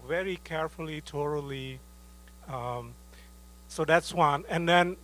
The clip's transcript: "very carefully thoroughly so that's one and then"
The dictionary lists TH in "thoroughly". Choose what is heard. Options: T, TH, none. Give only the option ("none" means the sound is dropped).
T